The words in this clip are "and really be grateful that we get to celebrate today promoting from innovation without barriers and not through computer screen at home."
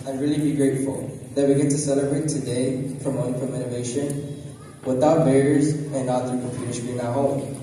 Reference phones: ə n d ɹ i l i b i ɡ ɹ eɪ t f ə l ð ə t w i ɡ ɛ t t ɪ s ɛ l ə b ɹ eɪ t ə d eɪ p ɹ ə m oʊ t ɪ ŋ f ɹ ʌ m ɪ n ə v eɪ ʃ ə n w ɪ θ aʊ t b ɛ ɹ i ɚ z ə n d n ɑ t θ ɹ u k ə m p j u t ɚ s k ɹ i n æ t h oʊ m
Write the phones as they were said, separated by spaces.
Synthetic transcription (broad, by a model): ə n ɹ i l i b i ɡ ɹ eɪ t f ə l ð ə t w i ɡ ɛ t t ɪ s ɛ l ə b ɹ eɪ t ə d eɪ f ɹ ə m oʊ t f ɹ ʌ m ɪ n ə v eɪ ʃ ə n w ɪ θ aʊ t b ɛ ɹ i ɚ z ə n n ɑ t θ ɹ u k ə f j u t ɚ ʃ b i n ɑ h oʊ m